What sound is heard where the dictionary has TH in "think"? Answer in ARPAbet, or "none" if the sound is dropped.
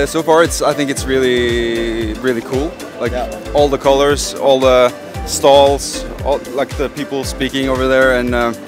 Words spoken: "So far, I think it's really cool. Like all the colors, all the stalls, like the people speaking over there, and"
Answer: TH